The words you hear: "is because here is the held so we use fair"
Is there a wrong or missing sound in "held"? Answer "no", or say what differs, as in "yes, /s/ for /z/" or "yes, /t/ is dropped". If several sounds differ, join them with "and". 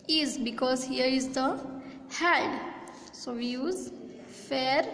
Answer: yes, /l/ is dropped